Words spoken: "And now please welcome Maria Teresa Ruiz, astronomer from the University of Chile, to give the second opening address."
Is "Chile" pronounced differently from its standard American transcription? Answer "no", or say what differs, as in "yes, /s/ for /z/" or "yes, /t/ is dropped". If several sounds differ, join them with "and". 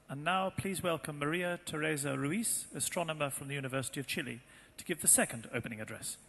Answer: no